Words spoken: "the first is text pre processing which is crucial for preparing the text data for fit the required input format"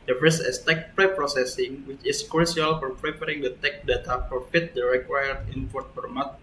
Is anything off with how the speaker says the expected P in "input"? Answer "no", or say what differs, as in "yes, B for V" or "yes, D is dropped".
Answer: yes, F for P